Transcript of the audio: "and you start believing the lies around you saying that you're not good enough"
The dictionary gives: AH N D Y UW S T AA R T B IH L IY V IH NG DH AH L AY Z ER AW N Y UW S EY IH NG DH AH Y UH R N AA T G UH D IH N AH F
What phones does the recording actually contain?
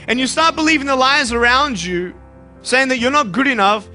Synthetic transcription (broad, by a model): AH N Y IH S T AA R T B IH L IY V IH NG DH AH L AY Z ER AW N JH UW S EY IH NG DH AH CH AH R N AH T G UH D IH N AH F